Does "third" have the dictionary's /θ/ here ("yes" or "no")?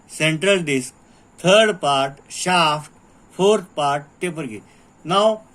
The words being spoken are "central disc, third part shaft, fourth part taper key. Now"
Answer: no